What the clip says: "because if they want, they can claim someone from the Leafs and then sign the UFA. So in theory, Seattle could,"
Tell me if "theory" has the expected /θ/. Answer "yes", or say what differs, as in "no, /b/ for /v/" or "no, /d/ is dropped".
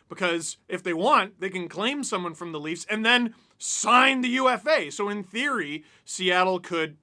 yes